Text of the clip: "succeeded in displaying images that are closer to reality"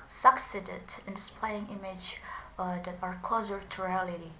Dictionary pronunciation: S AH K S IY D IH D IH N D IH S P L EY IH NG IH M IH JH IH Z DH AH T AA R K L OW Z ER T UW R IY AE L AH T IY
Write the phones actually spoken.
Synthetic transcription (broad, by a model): S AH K S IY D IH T IH N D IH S P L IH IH NG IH M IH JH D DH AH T AA R K OW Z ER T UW R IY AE L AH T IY